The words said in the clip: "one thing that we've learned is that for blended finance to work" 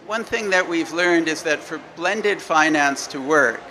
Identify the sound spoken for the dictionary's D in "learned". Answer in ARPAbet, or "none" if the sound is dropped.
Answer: D